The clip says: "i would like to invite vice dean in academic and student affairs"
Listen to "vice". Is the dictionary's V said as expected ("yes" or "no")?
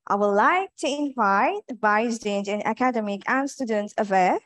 no